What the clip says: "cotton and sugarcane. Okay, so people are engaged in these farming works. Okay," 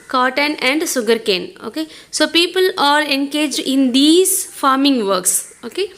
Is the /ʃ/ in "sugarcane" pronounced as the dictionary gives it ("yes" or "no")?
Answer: no